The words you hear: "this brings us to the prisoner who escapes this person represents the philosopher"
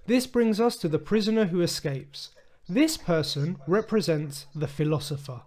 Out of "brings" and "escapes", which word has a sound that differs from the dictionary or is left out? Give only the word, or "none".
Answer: none